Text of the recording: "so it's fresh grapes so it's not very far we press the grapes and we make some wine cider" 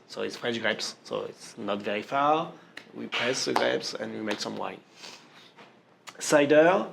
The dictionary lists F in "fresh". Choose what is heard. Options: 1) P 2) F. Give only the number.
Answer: 1